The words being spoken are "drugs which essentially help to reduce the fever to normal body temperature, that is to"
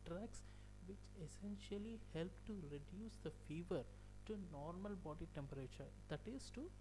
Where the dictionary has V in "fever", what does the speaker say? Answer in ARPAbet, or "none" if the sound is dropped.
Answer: V